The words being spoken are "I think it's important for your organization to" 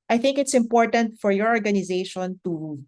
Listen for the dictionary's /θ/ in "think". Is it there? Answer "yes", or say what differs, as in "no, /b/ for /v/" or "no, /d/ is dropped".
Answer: yes